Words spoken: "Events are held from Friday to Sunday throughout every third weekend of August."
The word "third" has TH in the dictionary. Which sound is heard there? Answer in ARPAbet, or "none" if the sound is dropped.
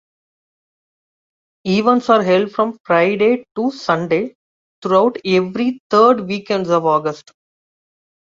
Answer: T